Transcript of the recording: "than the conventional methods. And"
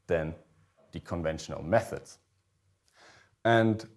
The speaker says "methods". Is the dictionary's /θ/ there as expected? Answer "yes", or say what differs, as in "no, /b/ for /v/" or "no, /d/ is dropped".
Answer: yes